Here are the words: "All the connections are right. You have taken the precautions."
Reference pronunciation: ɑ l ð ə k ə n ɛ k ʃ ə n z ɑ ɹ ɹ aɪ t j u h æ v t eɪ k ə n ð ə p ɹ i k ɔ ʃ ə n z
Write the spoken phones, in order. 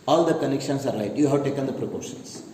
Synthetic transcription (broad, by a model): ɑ l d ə k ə n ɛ k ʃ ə n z ɑ ɹ l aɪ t j u h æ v t eɪ k ə n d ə p ɹ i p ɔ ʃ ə n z